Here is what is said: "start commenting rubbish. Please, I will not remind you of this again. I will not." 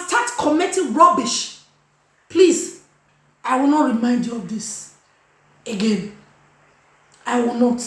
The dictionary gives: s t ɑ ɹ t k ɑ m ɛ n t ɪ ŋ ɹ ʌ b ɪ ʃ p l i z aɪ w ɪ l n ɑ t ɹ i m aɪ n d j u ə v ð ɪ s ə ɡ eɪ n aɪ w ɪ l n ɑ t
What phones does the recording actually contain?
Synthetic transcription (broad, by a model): s t ɑ t k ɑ m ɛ t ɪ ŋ ɹ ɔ b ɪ ʃ p l i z aɪ w ɪ l n ɑ t ɹ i m aɪ n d j u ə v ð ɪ s ə ɡ eɪ n aɪ w ɪ l n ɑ t